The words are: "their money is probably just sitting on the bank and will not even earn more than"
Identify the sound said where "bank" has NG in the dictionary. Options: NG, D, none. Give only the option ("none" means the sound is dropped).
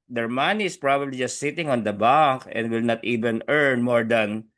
none